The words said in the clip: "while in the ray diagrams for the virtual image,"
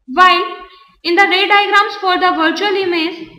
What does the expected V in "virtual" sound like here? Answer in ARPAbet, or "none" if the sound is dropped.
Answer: V